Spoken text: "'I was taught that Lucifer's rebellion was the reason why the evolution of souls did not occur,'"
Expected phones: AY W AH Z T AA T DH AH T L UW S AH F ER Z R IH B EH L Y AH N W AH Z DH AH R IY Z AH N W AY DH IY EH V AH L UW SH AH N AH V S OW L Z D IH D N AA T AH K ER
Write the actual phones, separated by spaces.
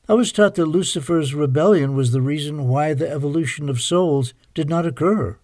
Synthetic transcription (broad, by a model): AY W AH Z T AA T DH AH T L UW S AH F ER Z R IH B EH L Y AH N W AH Z DH AH R IY Z AH N W AY DH IY EH V AH L UW SH AH N AH V S OW L Z D IH D N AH T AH K ER